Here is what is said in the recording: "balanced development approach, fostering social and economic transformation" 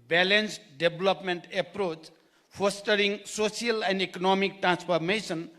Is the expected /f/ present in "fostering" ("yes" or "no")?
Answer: no